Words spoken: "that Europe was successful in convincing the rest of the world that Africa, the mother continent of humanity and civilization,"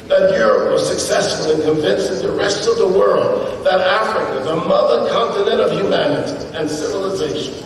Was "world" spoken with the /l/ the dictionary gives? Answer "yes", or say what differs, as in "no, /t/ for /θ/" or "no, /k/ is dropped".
yes